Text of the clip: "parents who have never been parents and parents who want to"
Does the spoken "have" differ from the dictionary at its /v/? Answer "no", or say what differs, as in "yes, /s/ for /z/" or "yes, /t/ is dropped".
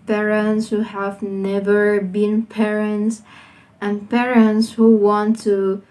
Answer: no